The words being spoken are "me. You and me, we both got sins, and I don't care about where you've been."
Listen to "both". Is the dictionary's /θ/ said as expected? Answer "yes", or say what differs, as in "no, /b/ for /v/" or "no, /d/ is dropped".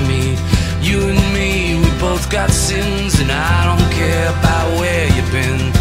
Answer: yes